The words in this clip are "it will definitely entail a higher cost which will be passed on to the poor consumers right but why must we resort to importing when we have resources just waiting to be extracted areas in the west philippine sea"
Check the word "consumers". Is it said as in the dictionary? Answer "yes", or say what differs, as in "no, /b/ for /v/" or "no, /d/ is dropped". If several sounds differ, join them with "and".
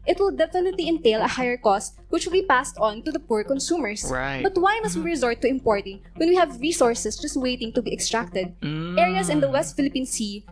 no, /z/ is dropped